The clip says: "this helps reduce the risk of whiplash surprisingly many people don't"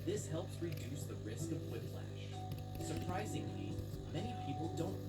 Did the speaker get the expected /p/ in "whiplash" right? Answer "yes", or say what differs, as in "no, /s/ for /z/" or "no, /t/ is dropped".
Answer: no, /f/ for /p/